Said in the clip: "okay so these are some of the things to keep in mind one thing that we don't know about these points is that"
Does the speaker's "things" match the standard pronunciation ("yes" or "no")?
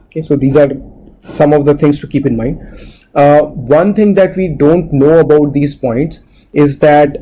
no